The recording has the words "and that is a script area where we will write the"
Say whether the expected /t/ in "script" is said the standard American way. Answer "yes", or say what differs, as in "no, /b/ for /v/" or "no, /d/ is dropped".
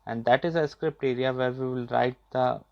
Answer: yes